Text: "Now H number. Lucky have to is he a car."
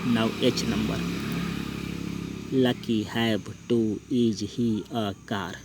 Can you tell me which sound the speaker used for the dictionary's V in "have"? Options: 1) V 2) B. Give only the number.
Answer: 2